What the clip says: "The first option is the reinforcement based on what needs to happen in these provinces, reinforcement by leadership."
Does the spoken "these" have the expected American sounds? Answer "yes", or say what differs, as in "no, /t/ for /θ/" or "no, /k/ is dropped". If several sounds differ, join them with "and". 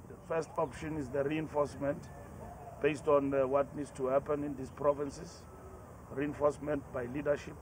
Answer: no, /s/ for /z/